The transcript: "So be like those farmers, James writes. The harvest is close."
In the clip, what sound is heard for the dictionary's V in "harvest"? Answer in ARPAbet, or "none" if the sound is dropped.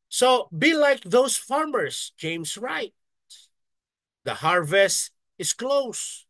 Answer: V